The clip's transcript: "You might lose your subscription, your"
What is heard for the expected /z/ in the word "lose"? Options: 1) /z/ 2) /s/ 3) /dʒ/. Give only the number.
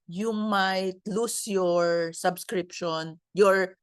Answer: 2